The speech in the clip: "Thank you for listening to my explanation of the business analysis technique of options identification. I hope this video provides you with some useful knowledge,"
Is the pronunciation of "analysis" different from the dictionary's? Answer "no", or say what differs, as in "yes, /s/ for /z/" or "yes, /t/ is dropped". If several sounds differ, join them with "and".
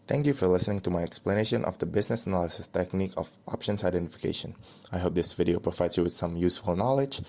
no